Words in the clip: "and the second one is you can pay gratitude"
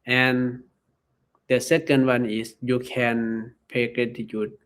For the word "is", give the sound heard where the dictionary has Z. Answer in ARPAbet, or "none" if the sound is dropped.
S